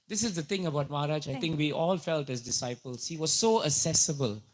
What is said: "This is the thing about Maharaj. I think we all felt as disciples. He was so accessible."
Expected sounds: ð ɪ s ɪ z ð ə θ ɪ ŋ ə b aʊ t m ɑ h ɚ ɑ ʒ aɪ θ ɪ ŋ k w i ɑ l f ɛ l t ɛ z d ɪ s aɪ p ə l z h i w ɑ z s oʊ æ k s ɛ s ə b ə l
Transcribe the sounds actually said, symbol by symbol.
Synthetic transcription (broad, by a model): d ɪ s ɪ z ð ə t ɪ ŋ ə b aʊ t m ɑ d ɑ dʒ aɪ t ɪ ŋ k w i ɑ l f ɛ l t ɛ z d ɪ s aɪ p ə l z h i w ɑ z s oʊ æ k s ɛ s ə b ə l